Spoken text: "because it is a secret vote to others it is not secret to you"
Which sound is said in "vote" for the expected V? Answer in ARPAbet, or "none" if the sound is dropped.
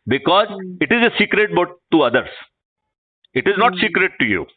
B